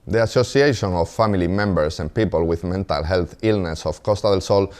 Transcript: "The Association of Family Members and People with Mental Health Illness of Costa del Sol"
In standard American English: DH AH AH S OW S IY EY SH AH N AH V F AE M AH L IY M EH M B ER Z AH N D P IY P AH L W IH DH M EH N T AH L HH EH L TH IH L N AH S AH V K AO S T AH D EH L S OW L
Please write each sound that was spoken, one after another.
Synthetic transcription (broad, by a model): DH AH AH S OW S IY EY SH AH N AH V F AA M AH L IY M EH M B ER S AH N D P IY P AH L W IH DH M EH N T AH L HH EH L TH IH L N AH S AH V K AO S T AH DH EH L S OW L